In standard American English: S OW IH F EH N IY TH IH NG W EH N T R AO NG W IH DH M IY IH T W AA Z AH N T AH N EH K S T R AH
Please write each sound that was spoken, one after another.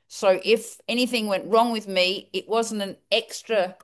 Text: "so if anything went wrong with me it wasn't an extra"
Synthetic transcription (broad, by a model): S OW IH F EH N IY TH IH NG W EH N T R AO NG W IH DH M IY IH T W AA Z AH N T AH N EH K S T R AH